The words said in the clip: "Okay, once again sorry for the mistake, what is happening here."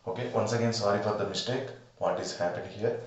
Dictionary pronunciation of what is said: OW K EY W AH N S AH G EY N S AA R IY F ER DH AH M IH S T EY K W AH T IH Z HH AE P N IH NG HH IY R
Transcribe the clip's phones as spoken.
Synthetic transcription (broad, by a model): OW K EY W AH N S AH G EY N S AA R IY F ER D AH M IH S T EY K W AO T IH Z HH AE P IH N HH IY R